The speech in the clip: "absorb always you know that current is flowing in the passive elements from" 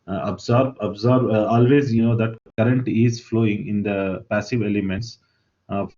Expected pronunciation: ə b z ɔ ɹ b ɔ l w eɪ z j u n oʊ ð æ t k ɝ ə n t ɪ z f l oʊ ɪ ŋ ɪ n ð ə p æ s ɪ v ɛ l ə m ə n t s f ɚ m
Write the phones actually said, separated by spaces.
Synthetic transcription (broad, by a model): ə b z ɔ ɹ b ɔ l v eɪ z j u n oʊ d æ t k ɝ ə n t ɪ z f l oʊ ɪ ŋ ɪ n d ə p æ s ɪ v ɛ l ə m ə n t s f